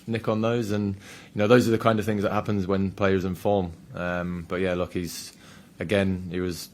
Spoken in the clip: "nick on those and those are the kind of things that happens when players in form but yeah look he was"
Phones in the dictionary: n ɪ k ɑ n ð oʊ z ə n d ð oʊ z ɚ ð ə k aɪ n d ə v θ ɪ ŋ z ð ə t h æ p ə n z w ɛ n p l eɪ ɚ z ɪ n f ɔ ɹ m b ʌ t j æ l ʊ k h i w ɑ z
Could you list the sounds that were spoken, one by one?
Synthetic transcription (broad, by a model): n ɪ k n ð oʊ z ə n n ð oʊ z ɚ ð ə k aɪ n d ə v θ ɪ ŋ z ð ə t h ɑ p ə n z w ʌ n p l eɪ ɚ z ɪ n f ɔ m m b ʌ t j æ l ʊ k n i w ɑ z